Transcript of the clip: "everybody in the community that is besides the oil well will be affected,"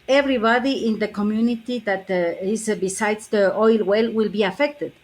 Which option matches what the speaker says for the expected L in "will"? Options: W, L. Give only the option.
L